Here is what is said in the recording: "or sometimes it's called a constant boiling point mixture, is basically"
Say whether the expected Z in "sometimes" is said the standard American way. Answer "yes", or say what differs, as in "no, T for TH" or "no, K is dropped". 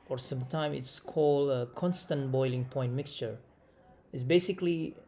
no, Z is dropped